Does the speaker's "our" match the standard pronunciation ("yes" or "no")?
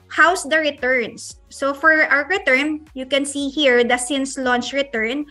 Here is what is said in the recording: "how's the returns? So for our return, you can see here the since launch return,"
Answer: no